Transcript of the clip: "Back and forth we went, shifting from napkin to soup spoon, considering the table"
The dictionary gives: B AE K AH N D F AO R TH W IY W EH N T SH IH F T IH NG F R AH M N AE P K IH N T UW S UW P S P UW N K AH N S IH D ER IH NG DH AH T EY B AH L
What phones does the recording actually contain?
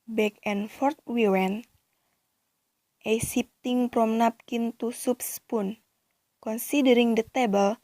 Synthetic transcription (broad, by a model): B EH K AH N F AO R T W IY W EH N T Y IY P T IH NG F R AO M N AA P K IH N T UW S UW P S P UW N K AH N S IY D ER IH NG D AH T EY B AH L